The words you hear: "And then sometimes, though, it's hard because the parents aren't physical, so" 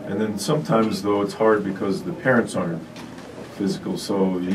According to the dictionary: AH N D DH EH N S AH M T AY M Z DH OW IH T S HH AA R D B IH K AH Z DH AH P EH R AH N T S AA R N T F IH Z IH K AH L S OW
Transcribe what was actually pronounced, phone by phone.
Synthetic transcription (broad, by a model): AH N DH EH N S AH M T AY M Z DH OW IH T S HH AA R D B IH K AH Z DH AH P EH R AH N T S AA R N T F IH Z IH K L S OW